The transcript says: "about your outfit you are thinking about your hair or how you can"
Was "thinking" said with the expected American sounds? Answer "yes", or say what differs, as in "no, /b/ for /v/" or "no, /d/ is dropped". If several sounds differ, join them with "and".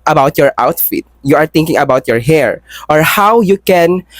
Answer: no, /t/ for /θ/